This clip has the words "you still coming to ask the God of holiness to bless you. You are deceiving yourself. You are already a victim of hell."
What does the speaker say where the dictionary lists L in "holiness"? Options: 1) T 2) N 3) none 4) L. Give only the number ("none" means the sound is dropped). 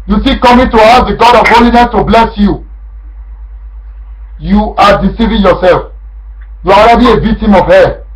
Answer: 4